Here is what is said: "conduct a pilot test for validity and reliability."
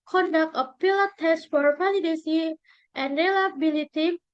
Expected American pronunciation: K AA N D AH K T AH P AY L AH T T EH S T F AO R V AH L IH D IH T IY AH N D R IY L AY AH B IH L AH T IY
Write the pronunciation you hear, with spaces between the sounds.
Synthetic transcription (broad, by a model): K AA N D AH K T AH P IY L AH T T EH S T F AO R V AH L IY D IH S IY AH N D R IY L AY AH B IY L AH T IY